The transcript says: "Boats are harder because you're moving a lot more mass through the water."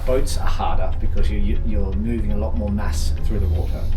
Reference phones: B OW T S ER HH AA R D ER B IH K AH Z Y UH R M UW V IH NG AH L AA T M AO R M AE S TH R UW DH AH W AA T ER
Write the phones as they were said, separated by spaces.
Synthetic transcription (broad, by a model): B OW T S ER HH AA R D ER B IH K AH Z Y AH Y M UW V IH NG AH L AA T M AO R M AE S TH R UW DH AH W AA T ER